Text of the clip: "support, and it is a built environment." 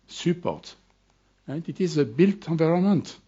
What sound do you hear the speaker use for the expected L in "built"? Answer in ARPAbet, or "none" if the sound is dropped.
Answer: L